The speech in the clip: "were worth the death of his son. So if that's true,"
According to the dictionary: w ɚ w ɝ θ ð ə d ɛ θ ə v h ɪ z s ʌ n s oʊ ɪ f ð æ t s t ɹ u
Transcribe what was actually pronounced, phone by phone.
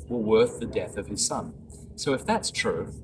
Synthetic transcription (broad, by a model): w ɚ w ɝ θ ð ə d ɛ θ ə v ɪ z s ʌ n s oʊ ɪ f ð æ t s t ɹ u